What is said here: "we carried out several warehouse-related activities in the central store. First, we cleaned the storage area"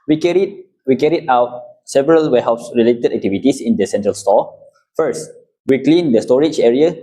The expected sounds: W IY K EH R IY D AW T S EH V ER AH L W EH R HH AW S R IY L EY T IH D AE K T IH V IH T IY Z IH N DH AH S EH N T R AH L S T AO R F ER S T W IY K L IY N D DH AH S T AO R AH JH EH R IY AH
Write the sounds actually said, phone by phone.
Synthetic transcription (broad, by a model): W IY K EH R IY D AW T S EH V ER AH L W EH HH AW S R IY L EY T IH D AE K T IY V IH T IY S IH N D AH S EH N T R AH L S T AO F ER S T W IY K L IY N D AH S T AO R AH JH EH R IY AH